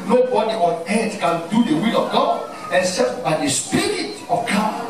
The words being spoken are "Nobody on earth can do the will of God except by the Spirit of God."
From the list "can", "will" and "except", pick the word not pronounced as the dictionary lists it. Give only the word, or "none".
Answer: except